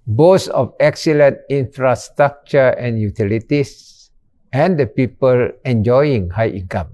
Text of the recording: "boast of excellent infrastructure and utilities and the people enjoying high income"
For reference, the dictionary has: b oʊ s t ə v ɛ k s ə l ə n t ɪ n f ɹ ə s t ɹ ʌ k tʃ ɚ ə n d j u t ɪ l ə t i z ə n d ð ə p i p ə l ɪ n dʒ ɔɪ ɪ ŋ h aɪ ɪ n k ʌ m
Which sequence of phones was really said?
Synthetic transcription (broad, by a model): b oʊ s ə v ɛ k s ə l ə n t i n f ɹ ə s t ɹ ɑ k tʃ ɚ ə n j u t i l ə t i s ə n d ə p i p ə l ɪ n dʒ ɔɪ ɪ ŋ h aɪ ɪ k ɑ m